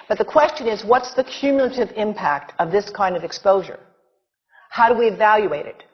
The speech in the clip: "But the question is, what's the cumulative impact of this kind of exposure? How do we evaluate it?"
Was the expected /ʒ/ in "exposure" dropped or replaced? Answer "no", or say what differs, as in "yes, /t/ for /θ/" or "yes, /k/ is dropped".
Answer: no